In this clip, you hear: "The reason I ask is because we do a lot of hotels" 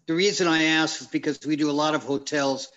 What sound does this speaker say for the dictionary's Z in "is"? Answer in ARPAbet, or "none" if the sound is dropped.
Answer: Z